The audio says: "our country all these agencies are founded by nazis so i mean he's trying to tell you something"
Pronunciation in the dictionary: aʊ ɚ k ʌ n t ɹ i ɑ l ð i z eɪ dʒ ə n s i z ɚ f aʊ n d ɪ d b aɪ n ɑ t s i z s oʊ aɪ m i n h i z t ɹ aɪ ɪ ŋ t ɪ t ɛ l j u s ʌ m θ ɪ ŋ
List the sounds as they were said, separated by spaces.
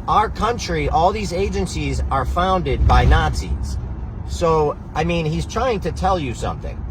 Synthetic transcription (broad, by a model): aʊ ɚ k ʌ n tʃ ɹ i ɑ l ð i z eɪ dʒ ə n s i z ɚ f aʊ n d ɪ d b aɪ n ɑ t s i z s oʊ aɪ m i n h i z t ɹ aɪ ɪ ŋ t ɪ t ɛ l j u s ʌ m θ ɪ ŋ